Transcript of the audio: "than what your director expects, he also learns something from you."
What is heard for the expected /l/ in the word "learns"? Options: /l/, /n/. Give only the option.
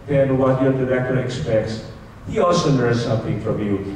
/n/